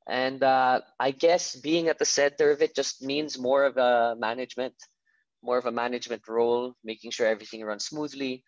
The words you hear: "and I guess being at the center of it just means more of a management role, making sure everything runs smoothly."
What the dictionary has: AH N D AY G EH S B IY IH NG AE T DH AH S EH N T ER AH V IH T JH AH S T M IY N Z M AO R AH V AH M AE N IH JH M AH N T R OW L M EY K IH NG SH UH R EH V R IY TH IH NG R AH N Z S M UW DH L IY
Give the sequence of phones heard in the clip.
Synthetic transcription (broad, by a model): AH N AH AY G EH S B IY IH NG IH T DH AH S EH N T ER AH V IH T JH AH S T M IY N Z M AO R AH V AH M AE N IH JH M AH N T R OW L M EY K IH NG SH UH R EH V R IY TH IH NG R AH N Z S M UW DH L IY